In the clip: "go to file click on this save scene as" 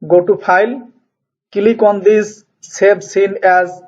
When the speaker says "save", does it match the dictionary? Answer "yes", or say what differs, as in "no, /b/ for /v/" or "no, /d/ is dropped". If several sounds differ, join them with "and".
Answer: no, /b/ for /v/